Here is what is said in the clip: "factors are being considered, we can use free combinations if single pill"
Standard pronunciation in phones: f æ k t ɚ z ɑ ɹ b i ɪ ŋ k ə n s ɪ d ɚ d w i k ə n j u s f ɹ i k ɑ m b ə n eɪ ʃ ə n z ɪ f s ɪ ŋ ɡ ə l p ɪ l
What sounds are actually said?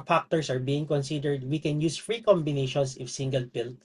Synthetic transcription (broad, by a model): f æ k t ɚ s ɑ ɹ b i ɪ ŋ k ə n s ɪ d ɚ d w i k ə n j u s f ɹ i k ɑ m b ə n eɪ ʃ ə n s ɪ f s ɪ ŋ ɡ ə l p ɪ l